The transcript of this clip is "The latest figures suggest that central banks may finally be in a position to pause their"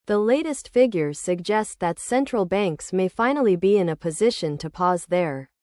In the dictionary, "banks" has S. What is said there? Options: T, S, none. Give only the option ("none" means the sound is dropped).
S